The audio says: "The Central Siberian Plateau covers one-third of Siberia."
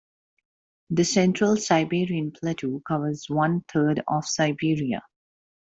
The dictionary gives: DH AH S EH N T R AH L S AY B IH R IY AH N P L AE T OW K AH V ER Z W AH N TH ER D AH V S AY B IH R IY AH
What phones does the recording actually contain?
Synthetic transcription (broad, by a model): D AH S EH N T R AH L S AY B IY R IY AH N P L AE T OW K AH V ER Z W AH N T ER D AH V S AY B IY R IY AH